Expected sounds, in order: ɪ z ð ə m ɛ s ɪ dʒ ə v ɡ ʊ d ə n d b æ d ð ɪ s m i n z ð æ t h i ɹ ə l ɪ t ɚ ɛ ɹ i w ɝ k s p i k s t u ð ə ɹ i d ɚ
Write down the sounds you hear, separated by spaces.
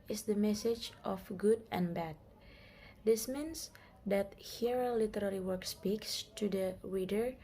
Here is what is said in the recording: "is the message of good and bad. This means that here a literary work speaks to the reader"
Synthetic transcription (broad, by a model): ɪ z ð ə m ɛ s ɪ dʒ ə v ɡ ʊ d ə n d b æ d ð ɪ s m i n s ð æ t h i ɹ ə l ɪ t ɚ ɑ l i w ɝ k s p i k s t u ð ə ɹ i d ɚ